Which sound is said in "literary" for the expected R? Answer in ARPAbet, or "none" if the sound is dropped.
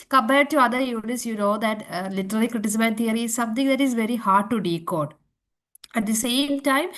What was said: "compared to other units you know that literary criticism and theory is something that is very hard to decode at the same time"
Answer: L